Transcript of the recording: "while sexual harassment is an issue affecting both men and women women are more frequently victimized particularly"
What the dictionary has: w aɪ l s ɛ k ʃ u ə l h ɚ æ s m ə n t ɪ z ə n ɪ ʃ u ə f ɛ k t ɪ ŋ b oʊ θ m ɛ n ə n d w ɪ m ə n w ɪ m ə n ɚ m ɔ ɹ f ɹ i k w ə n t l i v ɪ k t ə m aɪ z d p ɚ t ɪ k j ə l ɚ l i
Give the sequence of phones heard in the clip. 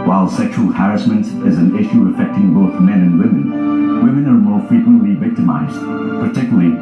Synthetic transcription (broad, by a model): w aɪ l s ɛ k ʃ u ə l h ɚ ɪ s m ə n t ɪ z ə n ɪ ʃ u ə f ɛ k t ɪ ŋ b oʊ θ m ɛ n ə n w ɪ m ə n w ɪ m ə n ɚ m ɔ ɹ f ɹ i k w ə n t l i v ɪ k t ə m aɪ z d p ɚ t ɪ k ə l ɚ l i